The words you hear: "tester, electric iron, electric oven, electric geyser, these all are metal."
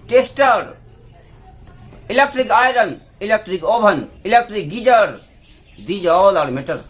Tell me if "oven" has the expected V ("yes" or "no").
no